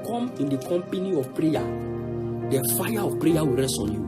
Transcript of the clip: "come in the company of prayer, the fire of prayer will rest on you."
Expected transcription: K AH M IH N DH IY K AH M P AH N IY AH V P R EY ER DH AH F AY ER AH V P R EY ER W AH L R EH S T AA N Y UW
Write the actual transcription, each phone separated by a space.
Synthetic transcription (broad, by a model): K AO M IH N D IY K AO M P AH N IY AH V P R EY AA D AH F AY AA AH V P R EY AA W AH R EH S AA N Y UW